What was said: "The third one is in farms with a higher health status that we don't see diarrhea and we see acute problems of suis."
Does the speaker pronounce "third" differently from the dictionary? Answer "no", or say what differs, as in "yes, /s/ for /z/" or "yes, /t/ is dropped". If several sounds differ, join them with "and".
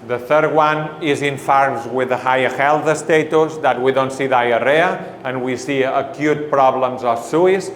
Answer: no